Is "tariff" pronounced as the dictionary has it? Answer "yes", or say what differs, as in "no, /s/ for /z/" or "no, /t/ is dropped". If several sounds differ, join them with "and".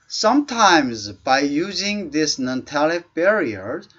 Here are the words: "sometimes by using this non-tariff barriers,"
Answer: no, /l/ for /ɹ/